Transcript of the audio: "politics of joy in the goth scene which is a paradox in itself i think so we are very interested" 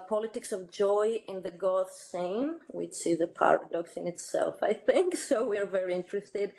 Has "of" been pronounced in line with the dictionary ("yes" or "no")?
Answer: yes